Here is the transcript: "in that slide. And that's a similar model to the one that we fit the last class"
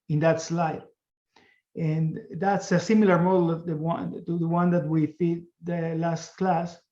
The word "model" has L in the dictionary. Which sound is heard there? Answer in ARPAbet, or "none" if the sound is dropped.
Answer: N